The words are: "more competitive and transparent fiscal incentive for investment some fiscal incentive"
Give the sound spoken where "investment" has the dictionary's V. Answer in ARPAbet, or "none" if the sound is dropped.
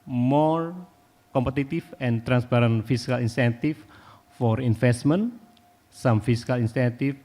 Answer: F